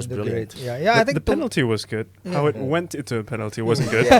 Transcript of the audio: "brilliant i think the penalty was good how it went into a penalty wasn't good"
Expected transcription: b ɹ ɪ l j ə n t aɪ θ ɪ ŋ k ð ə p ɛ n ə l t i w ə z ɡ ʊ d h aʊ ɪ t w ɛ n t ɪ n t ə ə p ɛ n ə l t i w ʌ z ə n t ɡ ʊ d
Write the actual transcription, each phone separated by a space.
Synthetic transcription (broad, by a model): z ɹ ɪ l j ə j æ aɪ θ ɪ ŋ ð ə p ɛ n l t i w ə z ɡ ʊ d h aʊ ɪ t w ɛ n t ɪ n t ə ə p ɛ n l t i w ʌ z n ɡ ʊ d